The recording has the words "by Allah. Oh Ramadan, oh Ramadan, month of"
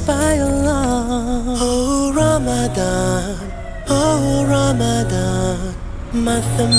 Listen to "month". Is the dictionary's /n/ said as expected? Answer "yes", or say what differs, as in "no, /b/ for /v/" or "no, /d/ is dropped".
no, /n/ is dropped